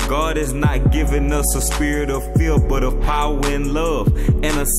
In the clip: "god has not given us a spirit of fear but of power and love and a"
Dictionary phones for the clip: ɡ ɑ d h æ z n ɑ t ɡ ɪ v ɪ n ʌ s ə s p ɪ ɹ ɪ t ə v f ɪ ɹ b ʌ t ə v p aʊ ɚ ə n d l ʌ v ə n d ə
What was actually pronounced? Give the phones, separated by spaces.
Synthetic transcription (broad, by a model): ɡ ɑ d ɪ z n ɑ t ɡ ɪ v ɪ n ʌ s ə s p ɪ ɹ ɪ t ə v f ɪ l b ʌ t ə v p aʊ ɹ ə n l ʌ v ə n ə